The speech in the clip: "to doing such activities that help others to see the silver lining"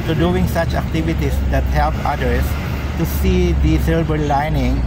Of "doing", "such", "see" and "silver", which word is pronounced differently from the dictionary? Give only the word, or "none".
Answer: silver